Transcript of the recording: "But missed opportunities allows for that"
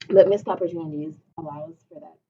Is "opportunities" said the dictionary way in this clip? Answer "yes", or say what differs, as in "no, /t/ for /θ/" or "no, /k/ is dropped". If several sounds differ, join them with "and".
yes